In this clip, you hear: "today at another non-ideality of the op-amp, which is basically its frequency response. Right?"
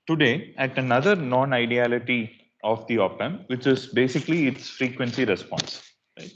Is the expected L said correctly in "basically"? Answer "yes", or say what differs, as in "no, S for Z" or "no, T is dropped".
yes